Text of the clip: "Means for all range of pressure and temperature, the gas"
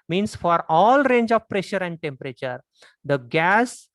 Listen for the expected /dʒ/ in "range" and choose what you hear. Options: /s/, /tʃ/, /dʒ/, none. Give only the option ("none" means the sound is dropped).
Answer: /dʒ/